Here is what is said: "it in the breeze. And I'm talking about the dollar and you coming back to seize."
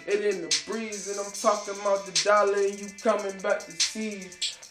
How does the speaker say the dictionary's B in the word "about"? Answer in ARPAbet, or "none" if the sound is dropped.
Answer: none